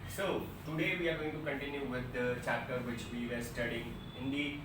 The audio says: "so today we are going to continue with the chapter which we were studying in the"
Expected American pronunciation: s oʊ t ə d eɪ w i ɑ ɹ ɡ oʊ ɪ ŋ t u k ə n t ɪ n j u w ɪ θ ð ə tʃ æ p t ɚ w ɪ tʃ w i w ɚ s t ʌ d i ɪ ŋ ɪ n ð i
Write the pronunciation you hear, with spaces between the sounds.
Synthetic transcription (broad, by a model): s oʊ t ə d eɪ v i ɑ ɹ ɡ oʊ ɪ ŋ t u k ə n t ɪ n j u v ɪ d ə tʃ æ t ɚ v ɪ tʃ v i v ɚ s t ʌ d i ɪ ŋ ɪ n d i